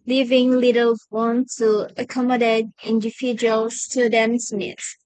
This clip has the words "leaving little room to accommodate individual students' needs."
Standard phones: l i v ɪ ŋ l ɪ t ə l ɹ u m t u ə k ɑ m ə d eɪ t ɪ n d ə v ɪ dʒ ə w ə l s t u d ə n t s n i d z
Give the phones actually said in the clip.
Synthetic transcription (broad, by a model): l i v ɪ ŋ l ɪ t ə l w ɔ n t u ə k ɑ m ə d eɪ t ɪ n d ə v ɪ dʒ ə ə l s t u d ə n s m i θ